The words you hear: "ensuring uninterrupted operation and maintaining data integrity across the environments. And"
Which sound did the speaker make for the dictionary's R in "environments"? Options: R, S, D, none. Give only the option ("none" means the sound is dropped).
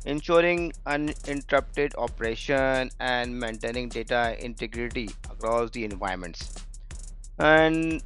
none